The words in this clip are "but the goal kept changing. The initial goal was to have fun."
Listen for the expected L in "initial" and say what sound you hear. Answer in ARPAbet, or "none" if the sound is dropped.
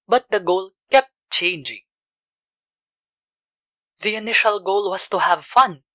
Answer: L